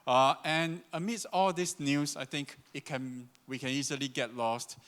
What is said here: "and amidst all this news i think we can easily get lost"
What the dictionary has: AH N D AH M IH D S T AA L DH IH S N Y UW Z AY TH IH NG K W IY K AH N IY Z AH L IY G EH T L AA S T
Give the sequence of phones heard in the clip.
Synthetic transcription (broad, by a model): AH N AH M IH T S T AA L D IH S N Y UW S AY T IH NG K W IY K AH N IY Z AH L IY G EH T L AA S T